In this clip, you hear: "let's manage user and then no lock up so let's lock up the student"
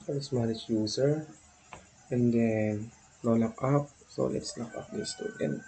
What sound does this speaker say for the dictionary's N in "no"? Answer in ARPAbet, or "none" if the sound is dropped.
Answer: L